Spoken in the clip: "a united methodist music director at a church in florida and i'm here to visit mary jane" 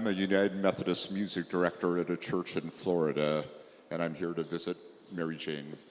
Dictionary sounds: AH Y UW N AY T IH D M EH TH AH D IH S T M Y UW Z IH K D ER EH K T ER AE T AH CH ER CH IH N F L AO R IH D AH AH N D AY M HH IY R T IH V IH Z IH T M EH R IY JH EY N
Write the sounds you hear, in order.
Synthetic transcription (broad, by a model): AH Y UW N AY T IH D M EH TH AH D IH S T M Y UW Z IH K D ER EH K T ER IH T AH CH ER CH IH N F L AO R IH D AH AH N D AY M HH IY R T IH V IH Z IH T M EH R IY JH EY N